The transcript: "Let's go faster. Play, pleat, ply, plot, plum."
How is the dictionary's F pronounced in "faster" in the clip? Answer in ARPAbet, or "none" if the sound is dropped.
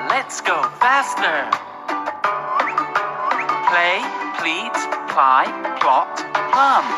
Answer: F